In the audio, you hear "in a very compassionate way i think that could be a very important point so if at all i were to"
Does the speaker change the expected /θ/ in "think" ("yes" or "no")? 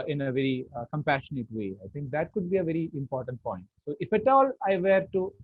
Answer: yes